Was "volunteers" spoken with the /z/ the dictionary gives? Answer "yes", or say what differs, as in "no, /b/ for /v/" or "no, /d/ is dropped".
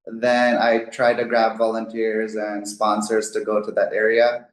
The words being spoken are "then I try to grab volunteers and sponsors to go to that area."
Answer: yes